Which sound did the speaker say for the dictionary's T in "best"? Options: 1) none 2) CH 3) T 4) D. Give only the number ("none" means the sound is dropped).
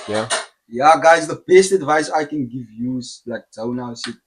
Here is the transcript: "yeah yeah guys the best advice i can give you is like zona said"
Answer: 3